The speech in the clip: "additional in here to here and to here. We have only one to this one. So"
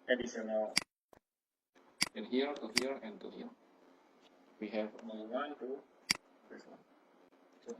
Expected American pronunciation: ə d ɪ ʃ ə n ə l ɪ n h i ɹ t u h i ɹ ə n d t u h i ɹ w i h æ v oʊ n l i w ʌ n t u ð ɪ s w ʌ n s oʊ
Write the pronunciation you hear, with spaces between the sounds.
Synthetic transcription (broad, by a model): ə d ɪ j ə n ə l ɪ n h i ɹ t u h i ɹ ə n t u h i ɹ w i h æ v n i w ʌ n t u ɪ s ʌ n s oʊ